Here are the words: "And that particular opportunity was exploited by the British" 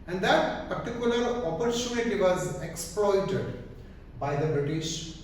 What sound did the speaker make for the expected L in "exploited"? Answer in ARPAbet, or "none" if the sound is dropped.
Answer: L